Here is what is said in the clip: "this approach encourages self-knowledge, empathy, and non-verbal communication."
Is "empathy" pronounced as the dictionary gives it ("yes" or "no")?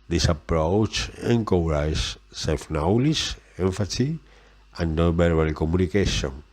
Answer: no